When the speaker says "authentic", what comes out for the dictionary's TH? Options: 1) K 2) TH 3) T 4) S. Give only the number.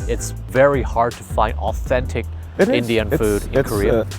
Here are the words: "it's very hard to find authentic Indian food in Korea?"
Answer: 2